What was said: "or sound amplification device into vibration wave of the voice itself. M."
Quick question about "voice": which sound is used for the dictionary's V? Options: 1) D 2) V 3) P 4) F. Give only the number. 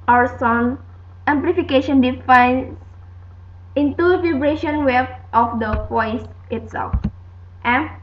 3